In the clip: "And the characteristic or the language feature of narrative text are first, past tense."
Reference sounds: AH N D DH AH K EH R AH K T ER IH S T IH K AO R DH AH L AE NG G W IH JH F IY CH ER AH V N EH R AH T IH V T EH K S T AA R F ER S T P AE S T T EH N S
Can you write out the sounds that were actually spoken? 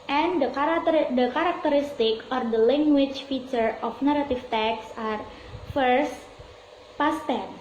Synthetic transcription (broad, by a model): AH N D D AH K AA R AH K T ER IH S T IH K AO R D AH L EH NG G W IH CH F IY CH ER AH F N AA R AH T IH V T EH K S AA R F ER S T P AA S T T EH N